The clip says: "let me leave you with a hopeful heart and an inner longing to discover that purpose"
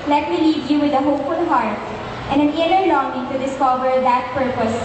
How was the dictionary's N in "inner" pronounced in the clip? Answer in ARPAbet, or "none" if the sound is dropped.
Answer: L